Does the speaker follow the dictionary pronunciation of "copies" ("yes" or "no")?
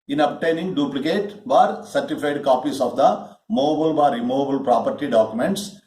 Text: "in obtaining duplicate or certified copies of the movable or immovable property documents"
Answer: no